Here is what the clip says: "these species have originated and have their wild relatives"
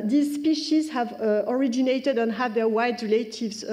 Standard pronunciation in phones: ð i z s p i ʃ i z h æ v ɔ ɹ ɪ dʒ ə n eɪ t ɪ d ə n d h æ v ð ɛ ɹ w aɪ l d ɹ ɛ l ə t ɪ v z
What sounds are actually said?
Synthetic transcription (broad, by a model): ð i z s p i ʃ i z h æ v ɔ ɹ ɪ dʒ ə n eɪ t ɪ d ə n h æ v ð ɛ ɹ w aɪ d ɹ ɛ l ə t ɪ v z